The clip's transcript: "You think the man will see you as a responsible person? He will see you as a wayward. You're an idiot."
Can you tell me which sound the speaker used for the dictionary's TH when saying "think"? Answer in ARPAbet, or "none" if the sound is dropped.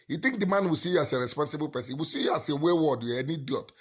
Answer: T